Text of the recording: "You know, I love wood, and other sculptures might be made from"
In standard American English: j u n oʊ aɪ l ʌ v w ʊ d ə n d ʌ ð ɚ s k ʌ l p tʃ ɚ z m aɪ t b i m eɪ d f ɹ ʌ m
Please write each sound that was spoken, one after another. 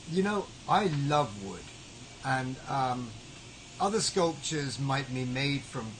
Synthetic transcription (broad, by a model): j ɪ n oʊ aɪ l ʌ v w ʊ d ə n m ʌ ð ɚ s k ʌ l p tʃ ɚ z m aɪ t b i m eɪ d f ɹ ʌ m